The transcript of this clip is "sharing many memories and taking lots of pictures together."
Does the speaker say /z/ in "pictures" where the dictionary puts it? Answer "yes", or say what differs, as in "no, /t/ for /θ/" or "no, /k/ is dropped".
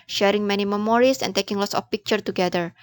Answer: no, /z/ is dropped